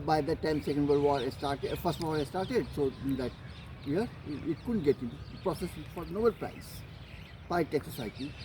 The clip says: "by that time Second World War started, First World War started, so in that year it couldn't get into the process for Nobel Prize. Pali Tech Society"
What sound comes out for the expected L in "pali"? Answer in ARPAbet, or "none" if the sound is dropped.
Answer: none